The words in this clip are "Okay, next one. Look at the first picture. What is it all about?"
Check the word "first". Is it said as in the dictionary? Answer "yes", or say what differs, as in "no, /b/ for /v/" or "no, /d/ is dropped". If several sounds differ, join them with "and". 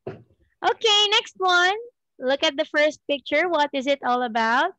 yes